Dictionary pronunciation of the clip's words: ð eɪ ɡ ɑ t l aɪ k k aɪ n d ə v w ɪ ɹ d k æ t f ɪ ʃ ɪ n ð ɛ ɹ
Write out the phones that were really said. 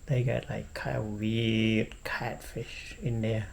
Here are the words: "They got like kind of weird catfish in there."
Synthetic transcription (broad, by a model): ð eɪ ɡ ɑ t l aɪ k k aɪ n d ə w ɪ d k æ t f ɪ ʃ ɪ n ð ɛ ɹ